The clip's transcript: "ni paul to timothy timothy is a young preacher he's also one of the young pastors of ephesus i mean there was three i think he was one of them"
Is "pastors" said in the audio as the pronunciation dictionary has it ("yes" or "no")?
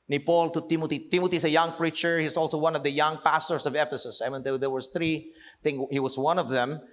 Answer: no